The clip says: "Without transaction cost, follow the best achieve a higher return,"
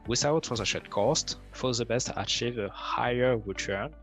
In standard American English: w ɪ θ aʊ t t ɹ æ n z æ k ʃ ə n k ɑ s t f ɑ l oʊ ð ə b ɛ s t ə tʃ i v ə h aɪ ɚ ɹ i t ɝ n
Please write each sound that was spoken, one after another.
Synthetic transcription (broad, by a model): w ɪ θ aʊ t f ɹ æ z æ ʃ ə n k ɑ s t f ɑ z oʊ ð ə b ɛ s t ə tʃ i v ə h aɪ ɚ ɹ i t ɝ n